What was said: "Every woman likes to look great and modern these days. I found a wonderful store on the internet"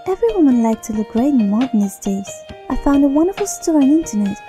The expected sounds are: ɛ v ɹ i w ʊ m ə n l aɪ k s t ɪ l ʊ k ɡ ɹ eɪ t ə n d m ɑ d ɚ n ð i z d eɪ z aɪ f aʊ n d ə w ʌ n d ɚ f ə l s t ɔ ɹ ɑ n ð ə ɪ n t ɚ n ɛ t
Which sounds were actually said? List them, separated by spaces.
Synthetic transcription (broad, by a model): ɛ v ɹ i w ʊ m ə n l aɪ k t ɪ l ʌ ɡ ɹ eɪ ə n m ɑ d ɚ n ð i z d eɪ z aɪ f aʊ n d ə w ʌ n d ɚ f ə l s t ɔ ɹ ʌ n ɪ n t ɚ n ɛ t